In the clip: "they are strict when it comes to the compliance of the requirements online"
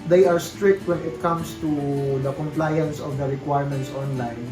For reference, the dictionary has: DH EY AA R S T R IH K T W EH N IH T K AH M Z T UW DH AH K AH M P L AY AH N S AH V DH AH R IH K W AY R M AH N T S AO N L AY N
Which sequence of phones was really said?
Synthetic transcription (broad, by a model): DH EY AA R S T R IH K T W EH N IH T K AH M S T UW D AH K AH M P L AY AH N S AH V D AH R IH K W AY R M AH N T S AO N L AY N